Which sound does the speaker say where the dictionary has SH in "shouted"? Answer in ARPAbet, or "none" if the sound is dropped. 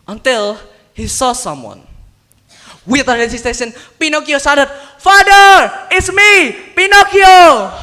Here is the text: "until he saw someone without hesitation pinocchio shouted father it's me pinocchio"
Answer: S